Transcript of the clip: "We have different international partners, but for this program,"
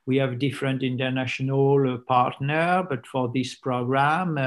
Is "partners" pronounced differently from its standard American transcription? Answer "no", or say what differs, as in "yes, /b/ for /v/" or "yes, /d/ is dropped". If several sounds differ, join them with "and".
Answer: yes, /z/ is dropped